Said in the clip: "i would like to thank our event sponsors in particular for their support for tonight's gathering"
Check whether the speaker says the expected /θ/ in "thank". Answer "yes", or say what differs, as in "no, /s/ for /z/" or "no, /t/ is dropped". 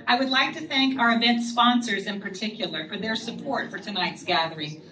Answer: yes